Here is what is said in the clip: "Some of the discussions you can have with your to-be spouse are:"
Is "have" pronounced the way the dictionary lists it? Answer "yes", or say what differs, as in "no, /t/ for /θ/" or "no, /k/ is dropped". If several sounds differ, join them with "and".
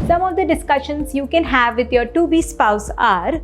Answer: yes